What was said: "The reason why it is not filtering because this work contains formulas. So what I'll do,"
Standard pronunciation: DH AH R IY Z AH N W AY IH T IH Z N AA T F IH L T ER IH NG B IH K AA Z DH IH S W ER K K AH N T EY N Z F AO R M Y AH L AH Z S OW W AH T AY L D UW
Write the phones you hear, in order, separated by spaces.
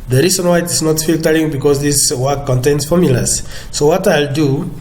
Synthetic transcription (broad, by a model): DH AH R IY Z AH N W AY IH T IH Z N AA T F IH L T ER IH NG B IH K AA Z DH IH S W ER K K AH N T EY N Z F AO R M Y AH L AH S OW W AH T AY L D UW